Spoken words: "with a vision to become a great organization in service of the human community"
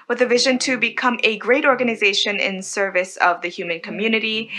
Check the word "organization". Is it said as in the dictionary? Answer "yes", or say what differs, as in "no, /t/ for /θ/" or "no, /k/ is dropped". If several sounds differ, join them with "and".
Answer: yes